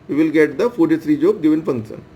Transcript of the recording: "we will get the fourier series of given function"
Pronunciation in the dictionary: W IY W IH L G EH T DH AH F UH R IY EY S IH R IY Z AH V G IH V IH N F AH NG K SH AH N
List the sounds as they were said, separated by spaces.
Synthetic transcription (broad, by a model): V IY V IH L G EH T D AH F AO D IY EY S R IY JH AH B G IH V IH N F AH NG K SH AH N